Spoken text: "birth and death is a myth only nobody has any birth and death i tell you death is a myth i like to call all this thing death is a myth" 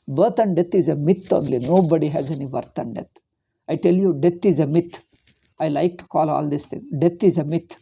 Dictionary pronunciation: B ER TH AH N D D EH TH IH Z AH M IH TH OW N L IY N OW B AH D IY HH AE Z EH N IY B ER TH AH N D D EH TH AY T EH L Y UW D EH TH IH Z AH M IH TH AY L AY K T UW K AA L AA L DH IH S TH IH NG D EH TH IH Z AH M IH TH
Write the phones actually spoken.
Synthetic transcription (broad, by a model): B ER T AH N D D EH T IH Z AH M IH T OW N L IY N OW B AH D IY HH AE Z EH N IY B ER T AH N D D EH T AY T EH L Y UW D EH T IH Z AH M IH T AY L AY K T UW K AA L AA L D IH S T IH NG D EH T IH Z AH M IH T